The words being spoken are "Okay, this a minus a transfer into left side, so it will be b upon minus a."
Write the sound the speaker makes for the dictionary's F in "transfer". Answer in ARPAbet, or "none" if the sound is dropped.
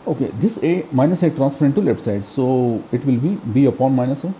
P